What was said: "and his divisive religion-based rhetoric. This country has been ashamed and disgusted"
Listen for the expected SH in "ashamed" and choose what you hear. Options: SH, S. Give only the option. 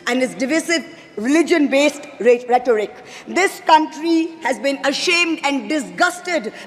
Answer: SH